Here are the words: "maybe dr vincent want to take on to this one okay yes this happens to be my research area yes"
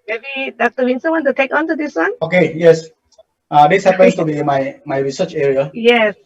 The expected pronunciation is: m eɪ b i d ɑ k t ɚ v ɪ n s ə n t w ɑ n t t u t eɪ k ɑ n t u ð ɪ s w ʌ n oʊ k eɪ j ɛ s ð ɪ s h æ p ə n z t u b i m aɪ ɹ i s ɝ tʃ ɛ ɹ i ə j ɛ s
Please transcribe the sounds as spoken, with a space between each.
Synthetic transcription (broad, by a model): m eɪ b i d ɑ k t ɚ w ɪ n s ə n w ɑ n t t u t eɪ k ɑ n t u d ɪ s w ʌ n oʊ k eɪ j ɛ s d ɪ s h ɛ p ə n s t u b i m aɪ ɹ i s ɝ tʃ ɛ ɹ i ə j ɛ s